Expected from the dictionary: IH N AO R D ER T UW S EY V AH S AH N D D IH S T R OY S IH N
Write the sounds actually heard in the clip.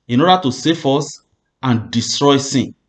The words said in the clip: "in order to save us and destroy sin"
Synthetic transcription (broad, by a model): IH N AO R D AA T UW S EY F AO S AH N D D IH S T R OY S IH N